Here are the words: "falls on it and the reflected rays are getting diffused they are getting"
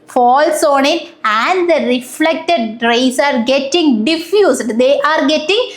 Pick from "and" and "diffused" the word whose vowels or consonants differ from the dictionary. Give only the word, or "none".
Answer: diffused